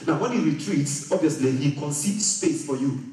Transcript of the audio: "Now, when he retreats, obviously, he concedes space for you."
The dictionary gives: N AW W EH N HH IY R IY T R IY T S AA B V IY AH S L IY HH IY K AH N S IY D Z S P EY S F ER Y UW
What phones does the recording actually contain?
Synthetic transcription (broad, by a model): N AW W EH N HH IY R IY T R IY T S AA B V IY AH S L IY HH IY K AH N S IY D S P EY S F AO Y UW